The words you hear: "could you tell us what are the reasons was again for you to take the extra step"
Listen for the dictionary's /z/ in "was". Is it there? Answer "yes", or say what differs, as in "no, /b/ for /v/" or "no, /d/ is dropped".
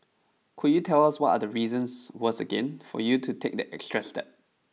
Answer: no, /s/ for /z/